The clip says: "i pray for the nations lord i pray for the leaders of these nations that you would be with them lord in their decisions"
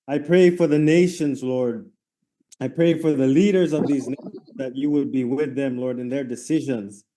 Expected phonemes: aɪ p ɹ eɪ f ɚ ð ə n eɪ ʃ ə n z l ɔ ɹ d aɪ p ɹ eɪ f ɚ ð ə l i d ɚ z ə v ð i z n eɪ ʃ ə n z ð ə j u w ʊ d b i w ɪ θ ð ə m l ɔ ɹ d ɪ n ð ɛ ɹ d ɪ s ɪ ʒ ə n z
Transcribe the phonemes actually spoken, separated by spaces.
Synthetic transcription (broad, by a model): aɪ p ɹ eɪ f ɚ ð ə n eɪ ʃ ə n z l ɔ ɹ d aɪ p ɹ eɪ f ɚ ð ə l i d ɚ z ə v ð i z n eɪ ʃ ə n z ð ə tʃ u w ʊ d b i w ɪ ð ə m l ɔ ɹ d ɪ n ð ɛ ɹ d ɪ s ɪ ʒ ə n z